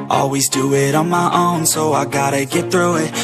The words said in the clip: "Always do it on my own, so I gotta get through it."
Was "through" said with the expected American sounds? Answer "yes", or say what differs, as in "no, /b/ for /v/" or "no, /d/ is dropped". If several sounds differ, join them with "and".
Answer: yes